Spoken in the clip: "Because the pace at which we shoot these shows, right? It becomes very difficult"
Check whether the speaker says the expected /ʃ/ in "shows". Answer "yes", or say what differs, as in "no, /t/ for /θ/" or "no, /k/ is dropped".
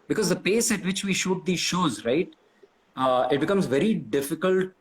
yes